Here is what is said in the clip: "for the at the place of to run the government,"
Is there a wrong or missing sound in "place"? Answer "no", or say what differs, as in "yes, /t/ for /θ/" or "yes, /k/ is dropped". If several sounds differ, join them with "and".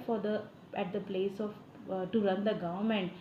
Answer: no